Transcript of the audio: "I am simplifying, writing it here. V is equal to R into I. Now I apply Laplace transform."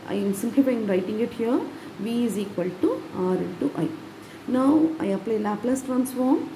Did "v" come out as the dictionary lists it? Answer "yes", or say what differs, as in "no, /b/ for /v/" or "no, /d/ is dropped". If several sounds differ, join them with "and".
yes